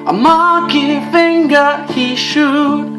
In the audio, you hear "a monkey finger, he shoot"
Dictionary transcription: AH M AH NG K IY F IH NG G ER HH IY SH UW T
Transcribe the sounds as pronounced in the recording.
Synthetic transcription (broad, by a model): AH M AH K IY F IH NG G ER HH IY SH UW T